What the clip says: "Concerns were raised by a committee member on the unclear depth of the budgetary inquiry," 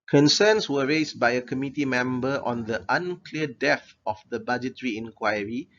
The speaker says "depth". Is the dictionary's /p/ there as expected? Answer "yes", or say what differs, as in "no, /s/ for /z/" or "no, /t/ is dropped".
no, /p/ is dropped